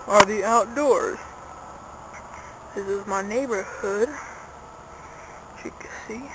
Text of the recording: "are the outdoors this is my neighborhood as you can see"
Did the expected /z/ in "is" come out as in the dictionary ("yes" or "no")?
yes